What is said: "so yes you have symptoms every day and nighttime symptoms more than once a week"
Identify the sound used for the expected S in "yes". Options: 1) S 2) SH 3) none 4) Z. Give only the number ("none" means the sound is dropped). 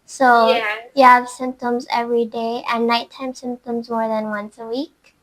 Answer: 3